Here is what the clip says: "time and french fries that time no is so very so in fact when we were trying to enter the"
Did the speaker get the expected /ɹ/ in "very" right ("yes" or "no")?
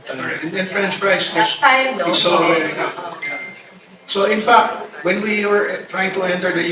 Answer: no